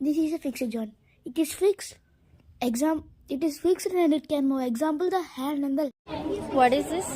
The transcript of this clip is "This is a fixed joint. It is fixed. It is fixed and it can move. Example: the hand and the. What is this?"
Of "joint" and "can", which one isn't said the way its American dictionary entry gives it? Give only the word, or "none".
joint